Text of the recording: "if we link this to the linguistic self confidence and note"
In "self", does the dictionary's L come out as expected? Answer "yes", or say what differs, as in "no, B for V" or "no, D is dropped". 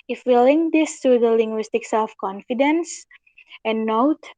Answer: no, L is dropped